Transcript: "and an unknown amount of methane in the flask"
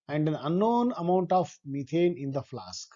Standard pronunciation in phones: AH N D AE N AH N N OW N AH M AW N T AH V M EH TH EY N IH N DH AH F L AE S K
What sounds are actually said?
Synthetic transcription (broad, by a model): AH N D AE N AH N N OW N AH M AW N T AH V M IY T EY N IH N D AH F L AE S K